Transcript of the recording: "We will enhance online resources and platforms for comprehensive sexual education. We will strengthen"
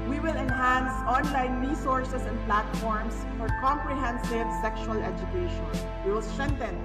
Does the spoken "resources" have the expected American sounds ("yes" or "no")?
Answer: no